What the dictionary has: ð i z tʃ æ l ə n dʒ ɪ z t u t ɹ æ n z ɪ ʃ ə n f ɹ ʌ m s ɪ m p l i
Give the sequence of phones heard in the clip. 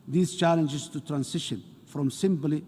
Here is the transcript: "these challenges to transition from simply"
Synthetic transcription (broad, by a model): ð i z tʃ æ l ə n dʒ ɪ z t u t ɹ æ n s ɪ ʃ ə n f ɹ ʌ m s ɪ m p l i